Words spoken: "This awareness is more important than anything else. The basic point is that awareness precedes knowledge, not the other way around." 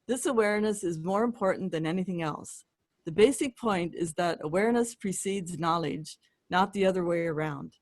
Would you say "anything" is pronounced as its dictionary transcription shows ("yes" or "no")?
yes